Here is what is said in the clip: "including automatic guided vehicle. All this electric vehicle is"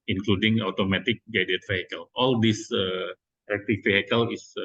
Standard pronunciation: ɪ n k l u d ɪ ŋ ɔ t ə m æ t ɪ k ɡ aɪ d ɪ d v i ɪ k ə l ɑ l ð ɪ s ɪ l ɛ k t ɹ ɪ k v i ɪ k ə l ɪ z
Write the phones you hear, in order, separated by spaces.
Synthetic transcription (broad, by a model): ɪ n k l u d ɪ ŋ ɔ t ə m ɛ t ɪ k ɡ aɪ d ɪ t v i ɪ k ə l ɑ l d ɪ s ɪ ɛ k t ɪ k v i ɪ k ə l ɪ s